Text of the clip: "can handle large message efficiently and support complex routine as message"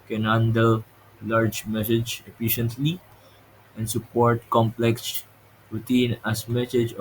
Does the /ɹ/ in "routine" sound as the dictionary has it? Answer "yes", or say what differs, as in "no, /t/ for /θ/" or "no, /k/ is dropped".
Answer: no, /w/ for /ɹ/